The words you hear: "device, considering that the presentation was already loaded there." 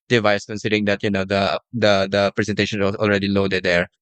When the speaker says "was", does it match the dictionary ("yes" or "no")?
no